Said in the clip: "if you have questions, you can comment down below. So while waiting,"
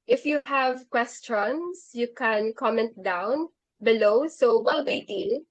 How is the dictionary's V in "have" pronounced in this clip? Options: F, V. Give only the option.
V